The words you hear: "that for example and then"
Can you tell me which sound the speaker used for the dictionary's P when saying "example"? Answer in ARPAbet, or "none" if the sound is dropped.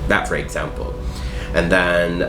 P